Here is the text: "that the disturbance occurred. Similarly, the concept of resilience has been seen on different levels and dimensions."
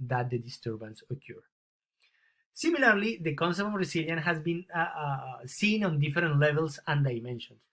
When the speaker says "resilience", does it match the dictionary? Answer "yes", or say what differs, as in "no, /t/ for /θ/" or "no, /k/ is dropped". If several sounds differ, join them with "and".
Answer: no, /s/ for /z/ and /s/ is dropped